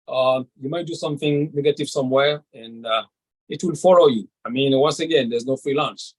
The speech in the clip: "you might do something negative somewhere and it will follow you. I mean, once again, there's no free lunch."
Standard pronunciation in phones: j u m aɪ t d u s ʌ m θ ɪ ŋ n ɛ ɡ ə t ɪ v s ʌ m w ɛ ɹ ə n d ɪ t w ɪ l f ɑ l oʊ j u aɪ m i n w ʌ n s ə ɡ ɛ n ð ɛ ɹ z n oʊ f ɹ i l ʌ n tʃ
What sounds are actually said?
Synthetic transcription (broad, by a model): j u m aɪ t d u s ʌ m θ ɪ ŋ n ɛ ɡ ə t ɪ v s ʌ m w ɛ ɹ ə n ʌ ɪ t w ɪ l f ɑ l oʊ j u aɪ m i n w ʌ n s ə ɡ ɛ n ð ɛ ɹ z n oʊ f ɹ i l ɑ n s